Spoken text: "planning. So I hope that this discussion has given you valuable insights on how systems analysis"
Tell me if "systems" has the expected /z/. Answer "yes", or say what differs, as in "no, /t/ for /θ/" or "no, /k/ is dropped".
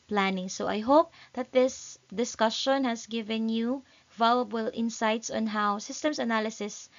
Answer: no, /s/ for /z/